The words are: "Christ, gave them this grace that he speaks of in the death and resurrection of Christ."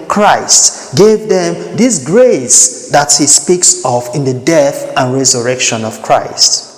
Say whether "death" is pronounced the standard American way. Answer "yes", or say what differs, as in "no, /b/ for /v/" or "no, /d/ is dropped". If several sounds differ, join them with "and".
yes